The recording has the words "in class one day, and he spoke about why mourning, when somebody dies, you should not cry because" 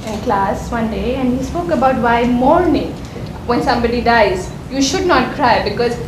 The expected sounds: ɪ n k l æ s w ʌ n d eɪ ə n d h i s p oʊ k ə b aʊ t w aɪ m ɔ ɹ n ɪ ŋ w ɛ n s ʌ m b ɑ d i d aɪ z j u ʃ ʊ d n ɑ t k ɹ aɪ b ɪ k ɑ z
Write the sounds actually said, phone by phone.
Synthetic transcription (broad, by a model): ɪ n k l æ s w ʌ n d eɪ ə n d h i s p oʊ k ə b aʊ t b aɪ m ɔ ɹ n ɪ ŋ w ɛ n s ʌ m b ɑ d i d aɪ z j u ʃ ʊ d n ɑ t k ɹ aɪ b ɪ k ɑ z